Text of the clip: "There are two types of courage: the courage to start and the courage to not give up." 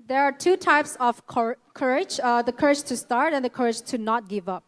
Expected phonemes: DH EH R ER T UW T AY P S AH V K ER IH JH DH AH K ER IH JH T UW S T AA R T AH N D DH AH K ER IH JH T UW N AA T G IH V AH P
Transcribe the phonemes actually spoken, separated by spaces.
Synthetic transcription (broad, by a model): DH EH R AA T UW T AY P S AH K K ER IH JH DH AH K ER IH JH T UW S T AA R T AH N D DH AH K ER IH JH T UW N AA T G IH V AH P